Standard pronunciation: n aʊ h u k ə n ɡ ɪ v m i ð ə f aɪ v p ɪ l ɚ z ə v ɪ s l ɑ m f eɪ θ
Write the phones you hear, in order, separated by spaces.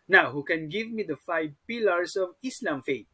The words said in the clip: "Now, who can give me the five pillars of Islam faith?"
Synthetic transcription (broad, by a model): n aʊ h u k ə n ɡ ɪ v m i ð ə f aɪ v p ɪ l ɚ s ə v ɪ s l ɑ m f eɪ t